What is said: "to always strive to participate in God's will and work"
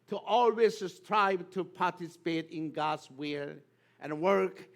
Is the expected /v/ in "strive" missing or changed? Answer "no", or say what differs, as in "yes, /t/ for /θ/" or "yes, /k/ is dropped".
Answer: yes, /b/ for /v/